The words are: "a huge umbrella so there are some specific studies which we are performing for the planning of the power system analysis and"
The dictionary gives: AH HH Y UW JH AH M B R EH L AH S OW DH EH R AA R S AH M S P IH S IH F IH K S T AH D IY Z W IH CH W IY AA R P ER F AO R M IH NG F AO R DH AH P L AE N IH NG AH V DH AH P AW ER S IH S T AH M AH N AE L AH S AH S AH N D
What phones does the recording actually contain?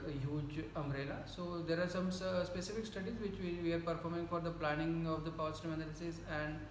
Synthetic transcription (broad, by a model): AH HH Y UW JH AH M R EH L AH S OW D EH R AA R S AH M S P IH S IH F IH K S T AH D IY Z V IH CH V IY AA R P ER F AO R M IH NG F AO R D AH P L AE N IH NG AH V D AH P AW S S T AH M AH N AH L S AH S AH N D